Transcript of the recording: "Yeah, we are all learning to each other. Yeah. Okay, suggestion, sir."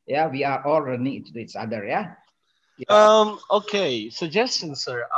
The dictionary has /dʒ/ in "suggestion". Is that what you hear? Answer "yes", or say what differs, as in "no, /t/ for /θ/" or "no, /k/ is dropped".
yes